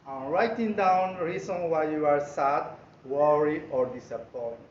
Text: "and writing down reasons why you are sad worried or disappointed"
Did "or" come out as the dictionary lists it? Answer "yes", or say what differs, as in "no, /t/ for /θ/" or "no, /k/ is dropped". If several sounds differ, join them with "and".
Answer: yes